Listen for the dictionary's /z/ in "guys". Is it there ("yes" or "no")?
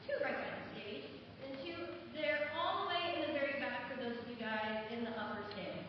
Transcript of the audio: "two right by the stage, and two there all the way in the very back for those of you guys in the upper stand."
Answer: yes